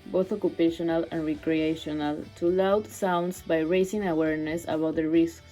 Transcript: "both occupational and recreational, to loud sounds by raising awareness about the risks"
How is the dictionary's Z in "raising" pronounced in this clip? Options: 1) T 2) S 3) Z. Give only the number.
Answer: 2